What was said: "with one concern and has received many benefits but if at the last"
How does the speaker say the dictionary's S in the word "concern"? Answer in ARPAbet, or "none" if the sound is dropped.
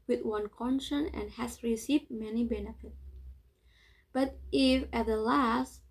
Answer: SH